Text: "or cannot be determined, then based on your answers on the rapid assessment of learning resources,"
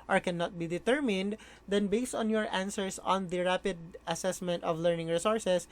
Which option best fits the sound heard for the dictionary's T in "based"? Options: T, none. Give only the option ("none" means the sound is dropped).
T